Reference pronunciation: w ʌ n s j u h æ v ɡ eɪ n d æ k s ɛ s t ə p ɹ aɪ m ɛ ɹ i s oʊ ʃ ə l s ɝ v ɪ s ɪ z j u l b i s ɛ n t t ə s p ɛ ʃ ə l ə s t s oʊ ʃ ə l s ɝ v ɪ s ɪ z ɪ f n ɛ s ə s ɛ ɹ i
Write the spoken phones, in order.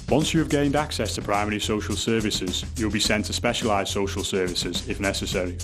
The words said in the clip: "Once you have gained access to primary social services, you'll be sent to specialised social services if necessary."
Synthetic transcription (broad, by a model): w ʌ n s j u v ɡ eɪ n d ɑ k s ɛ s t ə p ɹ aɪ m ɛ ɹ i s oʊ ʃ ə l s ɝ v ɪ s ɪ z j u l b i s ɛ n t t ə s p ɛ ʃ ə l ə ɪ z s oʊ ʃ ə l s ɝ v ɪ s ɪ z ɪ f n ɛ s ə s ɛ ɹ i